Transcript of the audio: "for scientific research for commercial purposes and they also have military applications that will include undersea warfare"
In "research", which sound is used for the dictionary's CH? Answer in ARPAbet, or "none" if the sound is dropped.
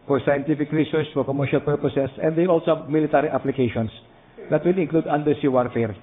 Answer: S